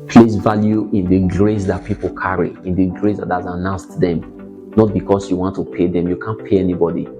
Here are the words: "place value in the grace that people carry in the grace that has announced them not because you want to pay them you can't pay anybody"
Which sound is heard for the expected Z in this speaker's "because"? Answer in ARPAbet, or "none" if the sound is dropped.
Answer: S